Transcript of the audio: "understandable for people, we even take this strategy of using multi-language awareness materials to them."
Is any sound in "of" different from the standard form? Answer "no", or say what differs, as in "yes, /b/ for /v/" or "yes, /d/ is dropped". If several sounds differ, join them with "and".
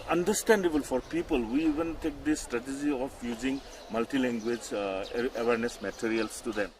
yes, /p/ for /v/